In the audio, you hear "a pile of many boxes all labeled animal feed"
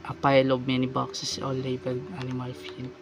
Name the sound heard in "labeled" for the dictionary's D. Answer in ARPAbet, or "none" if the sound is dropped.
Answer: none